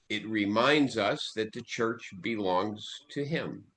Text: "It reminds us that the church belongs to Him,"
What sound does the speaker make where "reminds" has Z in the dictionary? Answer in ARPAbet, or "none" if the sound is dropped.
Z